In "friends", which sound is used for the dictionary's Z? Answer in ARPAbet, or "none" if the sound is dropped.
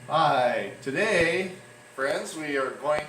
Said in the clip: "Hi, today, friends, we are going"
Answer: Z